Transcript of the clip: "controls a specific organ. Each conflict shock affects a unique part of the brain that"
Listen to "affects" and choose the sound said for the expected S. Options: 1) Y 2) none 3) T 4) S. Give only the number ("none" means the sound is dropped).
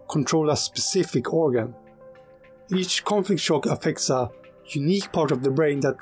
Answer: 4